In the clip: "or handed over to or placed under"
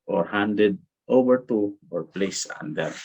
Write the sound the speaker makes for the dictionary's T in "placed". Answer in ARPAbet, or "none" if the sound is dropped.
none